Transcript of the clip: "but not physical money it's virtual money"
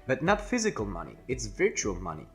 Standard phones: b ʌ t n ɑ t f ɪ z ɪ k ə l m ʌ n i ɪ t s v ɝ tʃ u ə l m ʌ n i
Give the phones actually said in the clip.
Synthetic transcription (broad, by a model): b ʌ t n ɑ t f ɪ z ɪ k ə l m ʌ n i ɪ t s v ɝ tʃ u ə l m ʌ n i